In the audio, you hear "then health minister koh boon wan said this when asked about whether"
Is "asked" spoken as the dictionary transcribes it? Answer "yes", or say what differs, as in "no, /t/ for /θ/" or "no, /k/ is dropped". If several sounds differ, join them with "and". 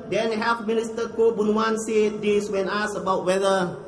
no, /t/ is dropped